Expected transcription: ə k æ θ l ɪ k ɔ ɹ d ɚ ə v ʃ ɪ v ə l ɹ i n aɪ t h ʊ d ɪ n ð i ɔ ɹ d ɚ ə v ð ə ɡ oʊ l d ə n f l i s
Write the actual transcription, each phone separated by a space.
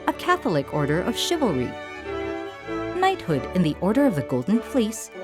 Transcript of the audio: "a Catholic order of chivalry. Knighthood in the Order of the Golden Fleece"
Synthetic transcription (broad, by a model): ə k æ θ l ɪ k ɔ ɹ d ɚ ə v ʃ ɪ v l ɹ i n aɪ t h ʊ d ɪ n ð i ɔ ɹ d ɚ ə v ð ə ɡ oʊ l d n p l i s